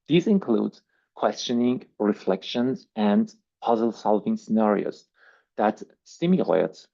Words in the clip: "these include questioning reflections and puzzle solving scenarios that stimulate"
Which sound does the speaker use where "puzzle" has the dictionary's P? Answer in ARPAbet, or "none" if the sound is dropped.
P